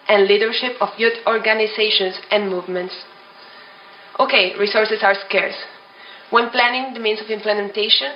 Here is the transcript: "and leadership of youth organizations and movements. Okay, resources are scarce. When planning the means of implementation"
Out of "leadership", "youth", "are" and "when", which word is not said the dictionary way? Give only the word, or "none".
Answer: youth